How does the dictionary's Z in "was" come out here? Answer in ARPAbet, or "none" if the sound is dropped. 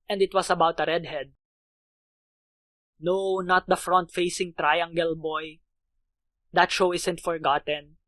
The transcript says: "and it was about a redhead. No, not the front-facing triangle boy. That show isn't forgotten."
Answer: S